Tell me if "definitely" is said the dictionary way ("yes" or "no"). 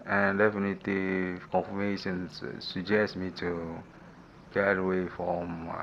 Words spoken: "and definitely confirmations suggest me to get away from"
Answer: no